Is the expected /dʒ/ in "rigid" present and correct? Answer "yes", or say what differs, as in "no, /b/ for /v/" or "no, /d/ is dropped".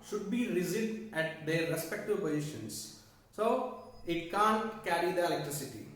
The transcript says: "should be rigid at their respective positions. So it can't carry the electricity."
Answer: no, /z/ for /dʒ/